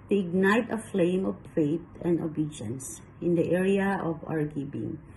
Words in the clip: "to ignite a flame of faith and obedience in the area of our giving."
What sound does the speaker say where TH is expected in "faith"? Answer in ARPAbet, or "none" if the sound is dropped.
T